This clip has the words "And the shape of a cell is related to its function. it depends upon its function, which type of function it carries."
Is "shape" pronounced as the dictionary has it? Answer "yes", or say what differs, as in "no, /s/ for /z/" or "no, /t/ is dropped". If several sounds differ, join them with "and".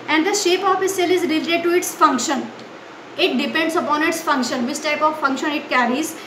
yes